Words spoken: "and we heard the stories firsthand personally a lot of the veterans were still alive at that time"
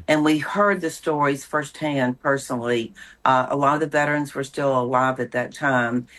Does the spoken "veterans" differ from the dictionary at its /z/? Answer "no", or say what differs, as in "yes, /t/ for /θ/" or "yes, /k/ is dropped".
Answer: no